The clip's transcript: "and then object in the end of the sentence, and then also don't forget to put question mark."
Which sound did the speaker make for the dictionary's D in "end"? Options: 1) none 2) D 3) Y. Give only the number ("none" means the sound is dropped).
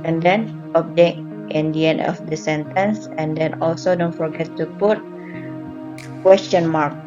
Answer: 1